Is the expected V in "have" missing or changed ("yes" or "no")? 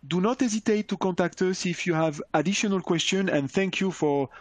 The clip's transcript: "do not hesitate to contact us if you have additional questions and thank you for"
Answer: no